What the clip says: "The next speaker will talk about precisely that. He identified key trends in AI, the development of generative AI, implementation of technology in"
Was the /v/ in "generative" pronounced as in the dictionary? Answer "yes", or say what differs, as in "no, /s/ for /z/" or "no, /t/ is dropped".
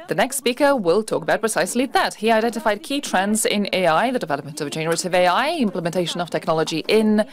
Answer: yes